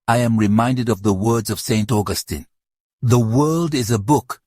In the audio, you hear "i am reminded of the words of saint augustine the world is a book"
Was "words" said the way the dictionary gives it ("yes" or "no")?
yes